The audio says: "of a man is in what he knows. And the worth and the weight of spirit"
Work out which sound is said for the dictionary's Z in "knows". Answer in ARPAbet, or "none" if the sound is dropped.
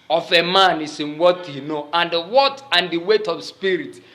none